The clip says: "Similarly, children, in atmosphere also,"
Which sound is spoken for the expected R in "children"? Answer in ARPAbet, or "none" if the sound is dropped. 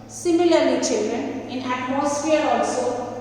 R